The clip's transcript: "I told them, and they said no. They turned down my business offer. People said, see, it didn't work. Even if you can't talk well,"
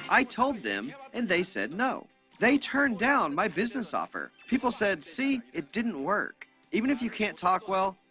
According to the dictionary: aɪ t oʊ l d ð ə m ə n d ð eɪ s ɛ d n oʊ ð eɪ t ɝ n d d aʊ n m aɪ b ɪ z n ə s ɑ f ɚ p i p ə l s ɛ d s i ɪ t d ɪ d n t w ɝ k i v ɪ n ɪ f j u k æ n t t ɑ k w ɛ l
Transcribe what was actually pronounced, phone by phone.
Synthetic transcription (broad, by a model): aɪ t oʊ l d ð ə m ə n ð eɪ s ɛ d n oʊ ð eɪ t ɝ n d d aʊ n m aɪ b ɪ z n ə s ɑ f ɚ p i p l s ɛ d s i ɪ t d ɪ d n t w ɝ k i v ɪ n ɪ f j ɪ k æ n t t ɑ k w ɛ l